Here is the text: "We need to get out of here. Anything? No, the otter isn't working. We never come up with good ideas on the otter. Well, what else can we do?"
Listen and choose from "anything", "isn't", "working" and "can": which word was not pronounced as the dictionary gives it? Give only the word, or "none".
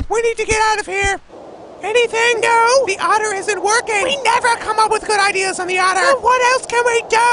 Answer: none